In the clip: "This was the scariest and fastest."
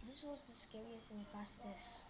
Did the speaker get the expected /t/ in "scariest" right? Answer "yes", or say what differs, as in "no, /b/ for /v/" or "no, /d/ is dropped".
no, /t/ is dropped